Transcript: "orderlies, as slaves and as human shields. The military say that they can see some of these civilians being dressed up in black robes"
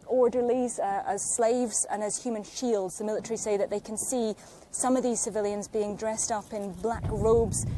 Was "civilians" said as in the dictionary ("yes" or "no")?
yes